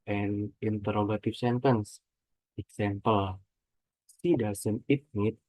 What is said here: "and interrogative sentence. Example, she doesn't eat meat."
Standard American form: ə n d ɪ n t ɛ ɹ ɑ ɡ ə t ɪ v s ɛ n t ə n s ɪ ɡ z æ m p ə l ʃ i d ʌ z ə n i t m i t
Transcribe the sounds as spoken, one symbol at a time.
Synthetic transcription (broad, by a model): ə n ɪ n t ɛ ɹ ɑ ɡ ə t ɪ f s ɛ n t ə n s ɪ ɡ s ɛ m p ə l s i d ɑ s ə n i t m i t